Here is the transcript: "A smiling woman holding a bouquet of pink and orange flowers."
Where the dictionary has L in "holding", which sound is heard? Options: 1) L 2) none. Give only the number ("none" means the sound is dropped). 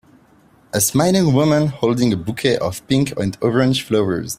1